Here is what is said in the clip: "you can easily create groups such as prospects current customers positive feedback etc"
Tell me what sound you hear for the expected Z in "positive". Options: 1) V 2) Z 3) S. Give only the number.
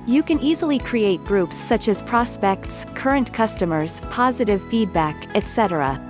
2